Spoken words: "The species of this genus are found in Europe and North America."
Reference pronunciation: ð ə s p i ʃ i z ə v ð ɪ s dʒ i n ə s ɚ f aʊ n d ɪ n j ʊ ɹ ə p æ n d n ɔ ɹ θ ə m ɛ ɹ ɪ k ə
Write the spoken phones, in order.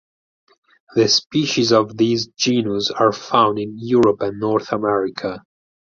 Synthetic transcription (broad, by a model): ð ə s p i ʃ i z ə v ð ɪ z dʒ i n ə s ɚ f aʊ n d ɪ n j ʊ ɹ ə p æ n n ɔ ɹ θ ə m ɛ ɹ ɪ k ə